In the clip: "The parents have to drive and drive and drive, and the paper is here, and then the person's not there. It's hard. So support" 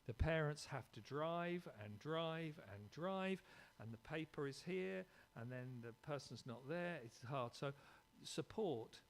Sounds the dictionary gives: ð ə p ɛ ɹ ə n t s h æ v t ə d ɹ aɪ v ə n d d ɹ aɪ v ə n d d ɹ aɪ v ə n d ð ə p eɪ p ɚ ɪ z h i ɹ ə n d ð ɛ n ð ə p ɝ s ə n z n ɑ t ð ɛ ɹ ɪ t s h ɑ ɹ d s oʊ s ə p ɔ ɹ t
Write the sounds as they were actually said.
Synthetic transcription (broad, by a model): ð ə p ɛ ɹ ə n t s h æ f t ə d ɹ aɪ v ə n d d ɹ aɪ v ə n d d ɹ aɪ v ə n ð ə p eɪ p ɚ ɪ z h i ɹ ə n ð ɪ n ð ə p ɝ s ə n z n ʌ t ð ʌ ɹ ɪ t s h ɑ ɹ d s oʊ s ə p ɔ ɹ t